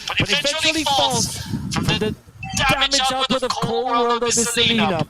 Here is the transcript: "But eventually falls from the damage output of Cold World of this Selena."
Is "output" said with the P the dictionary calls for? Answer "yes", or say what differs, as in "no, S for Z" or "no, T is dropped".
no, P is dropped